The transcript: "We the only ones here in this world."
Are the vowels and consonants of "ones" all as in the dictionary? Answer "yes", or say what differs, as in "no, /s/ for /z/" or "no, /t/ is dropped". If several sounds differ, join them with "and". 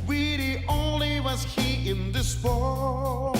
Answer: no, /n/ is dropped